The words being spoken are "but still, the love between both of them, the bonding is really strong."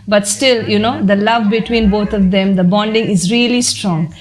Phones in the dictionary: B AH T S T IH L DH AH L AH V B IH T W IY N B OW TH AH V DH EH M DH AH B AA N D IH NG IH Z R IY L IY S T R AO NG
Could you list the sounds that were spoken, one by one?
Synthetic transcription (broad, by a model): B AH T S T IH L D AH L AH V B IH T W IY N B OW T AH V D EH M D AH B AA N D IH NG IH Z R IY L IY S T R AO NG